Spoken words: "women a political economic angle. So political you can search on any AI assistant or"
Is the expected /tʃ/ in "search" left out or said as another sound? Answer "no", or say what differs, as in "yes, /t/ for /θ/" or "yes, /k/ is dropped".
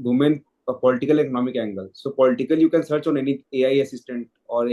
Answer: no